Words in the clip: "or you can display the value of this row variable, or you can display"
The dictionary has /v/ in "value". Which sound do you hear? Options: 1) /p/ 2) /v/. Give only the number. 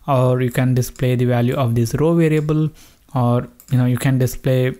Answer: 2